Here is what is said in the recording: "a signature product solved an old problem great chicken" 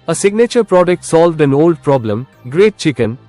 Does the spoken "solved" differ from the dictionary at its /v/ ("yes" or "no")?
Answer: no